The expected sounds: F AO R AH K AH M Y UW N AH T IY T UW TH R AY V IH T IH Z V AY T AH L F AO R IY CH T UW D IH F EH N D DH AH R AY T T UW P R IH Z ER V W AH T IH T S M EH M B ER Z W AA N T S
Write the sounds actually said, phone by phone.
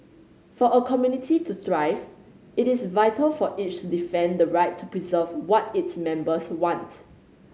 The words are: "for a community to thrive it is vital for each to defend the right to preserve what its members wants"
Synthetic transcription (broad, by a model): F AO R AH K AH M Y UW N AH T IY T UW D R AY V IH T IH S V AY T AH L F AO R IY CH T UW D IH F EH N D AH R AY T T UW P R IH Z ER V W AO T IH T S M EH M B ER S W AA N T